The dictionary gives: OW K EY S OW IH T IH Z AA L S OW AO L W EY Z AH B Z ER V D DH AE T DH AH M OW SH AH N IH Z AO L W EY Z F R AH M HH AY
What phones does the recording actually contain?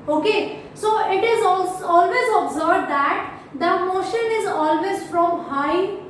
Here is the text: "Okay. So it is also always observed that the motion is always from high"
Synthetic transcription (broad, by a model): OW K EY S OW IH T IH Z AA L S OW AO L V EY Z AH B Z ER B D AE T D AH M OW SH AH N IH Z AO L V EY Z F R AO M HH AY